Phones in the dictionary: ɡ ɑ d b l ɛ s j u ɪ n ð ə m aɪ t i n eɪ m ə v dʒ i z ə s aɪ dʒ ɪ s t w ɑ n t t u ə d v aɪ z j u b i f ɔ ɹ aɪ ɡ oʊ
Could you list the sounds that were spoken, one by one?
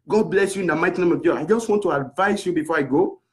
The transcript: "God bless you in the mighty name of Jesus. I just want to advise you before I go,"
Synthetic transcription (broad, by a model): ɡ ɑ d b l ɛ s j u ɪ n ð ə m aɪ t i n eɪ m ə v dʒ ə aɪ dʒ ɪ s t w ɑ n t t u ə d v aɪ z j u b i f ɔ ɹ aɪ ɡ oʊ